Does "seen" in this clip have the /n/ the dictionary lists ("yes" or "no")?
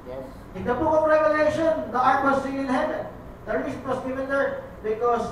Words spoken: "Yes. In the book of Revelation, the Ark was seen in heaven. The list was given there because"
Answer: no